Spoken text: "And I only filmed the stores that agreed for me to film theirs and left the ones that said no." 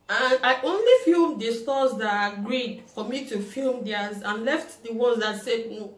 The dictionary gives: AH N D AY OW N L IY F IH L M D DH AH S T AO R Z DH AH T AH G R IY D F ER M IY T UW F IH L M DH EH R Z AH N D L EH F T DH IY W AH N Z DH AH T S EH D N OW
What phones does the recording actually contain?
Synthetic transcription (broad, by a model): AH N AY OW N L IY F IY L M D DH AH S T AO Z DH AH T AH G R IY D F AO M IY T UW F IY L M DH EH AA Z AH N L EH F T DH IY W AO Z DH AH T S EH D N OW